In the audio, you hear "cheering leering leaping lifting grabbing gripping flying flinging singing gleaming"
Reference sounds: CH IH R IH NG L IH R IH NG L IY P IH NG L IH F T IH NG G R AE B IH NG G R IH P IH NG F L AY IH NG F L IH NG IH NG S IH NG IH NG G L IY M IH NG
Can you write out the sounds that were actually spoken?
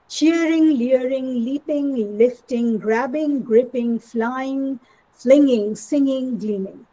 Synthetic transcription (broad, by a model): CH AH R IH NG L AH R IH NG L IY P IH NG L IH F T IH NG G R AE B IH NG G R IH P IH NG F L AY IH NG F L IH NG IH NG S IH NG IH NG G L IY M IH NG